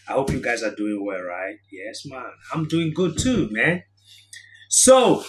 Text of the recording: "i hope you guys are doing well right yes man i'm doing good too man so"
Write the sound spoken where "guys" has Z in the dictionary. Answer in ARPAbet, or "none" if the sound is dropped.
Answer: Z